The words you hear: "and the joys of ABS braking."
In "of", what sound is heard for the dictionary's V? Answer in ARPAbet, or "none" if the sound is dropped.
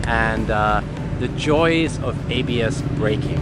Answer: V